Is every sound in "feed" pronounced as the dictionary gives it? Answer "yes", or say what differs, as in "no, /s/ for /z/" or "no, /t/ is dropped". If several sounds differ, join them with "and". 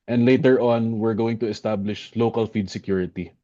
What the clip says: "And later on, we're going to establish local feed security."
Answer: yes